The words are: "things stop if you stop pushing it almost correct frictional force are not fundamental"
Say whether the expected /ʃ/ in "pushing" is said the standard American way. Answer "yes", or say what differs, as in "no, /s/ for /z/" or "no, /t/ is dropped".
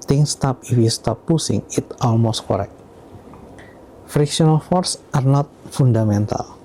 no, /s/ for /ʃ/